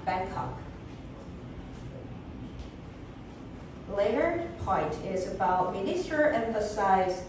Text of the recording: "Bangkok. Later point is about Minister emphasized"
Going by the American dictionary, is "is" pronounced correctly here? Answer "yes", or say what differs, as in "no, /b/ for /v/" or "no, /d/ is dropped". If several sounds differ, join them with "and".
yes